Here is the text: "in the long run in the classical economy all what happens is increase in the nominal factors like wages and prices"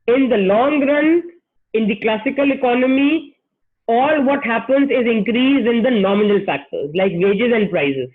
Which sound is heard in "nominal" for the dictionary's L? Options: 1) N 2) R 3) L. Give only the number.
3